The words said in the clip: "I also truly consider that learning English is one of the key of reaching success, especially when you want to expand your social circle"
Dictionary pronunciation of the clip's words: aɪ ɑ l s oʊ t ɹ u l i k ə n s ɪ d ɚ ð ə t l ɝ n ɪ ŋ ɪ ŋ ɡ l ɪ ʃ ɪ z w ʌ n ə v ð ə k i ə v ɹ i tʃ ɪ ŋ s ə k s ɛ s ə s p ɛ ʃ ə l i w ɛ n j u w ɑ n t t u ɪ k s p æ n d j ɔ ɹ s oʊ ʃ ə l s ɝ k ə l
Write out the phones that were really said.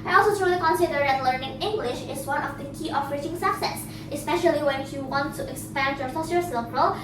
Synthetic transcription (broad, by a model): aɪ ɑ l s oʊ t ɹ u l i k ə n s ɪ d ɚ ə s l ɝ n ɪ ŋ ɪ ŋ ɡ l ɪ ʃ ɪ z w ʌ n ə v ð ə k i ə f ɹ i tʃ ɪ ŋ s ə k s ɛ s ə s p ɛ ʃ ə l i w ɛ n j u w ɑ n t t u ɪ k s p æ n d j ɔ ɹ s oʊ s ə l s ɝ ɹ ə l